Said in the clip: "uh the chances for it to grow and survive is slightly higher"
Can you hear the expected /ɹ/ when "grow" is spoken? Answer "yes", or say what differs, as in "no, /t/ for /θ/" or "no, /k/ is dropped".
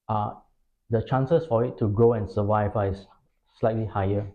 yes